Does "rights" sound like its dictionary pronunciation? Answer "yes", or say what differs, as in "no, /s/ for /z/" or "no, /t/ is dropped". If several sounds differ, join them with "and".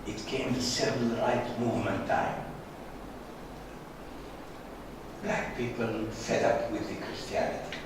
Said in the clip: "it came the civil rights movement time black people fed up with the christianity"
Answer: no, /s/ is dropped